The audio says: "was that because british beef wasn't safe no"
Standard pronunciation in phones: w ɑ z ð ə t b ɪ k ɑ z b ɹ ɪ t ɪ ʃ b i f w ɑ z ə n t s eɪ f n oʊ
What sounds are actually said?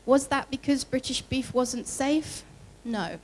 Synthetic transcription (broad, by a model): w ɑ z ð ə t b ɪ k ɑ z b ɹ ɪ t ɪ ʃ b i f w ɑ z ə n t s eɪ f n oʊ